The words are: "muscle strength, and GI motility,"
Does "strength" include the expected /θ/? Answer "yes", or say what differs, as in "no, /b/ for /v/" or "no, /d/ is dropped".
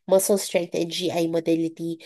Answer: no, /t/ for /θ/